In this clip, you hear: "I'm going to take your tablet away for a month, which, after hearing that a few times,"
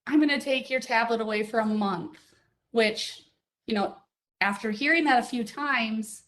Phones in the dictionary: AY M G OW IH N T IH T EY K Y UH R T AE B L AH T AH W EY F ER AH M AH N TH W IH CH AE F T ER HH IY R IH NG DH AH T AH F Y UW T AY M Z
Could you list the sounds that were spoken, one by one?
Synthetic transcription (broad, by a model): AY M G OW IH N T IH T EY K Y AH R T AE B L AH T AH W EY F ER AH M AH N TH W IH CH AE F T ER HH IY R IH NG DH AH T AH F Y UW T AY M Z